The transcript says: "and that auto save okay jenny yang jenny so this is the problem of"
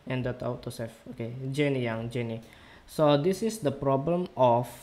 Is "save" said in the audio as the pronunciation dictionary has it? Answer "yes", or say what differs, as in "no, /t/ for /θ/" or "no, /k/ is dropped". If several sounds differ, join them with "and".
no, /f/ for /v/